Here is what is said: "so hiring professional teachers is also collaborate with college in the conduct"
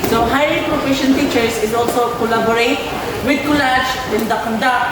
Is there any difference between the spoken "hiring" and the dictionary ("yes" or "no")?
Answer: yes